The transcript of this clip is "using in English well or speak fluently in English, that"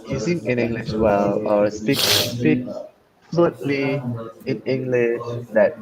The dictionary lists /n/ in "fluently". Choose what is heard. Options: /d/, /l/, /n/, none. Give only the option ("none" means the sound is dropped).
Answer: none